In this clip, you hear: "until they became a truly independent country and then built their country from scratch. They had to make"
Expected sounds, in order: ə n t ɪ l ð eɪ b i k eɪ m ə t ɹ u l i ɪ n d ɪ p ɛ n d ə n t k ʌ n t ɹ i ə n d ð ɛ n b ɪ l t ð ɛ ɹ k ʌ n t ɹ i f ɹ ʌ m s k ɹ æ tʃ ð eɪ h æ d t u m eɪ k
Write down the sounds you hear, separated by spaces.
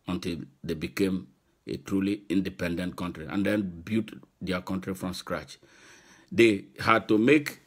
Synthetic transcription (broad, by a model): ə n t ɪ l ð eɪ b i k eɪ m ə t ɹ u l i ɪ n d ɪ p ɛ n d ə n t k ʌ n t ɹ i ə n d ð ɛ n b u t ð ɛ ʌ k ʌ n t ɹ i f ɹ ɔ m s k ɹ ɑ tʃ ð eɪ h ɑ d t u m eɪ k